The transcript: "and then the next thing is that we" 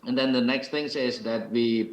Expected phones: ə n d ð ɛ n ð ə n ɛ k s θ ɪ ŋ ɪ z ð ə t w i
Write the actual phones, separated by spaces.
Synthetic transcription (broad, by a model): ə n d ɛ n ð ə n ɛ k s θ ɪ ŋ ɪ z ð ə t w i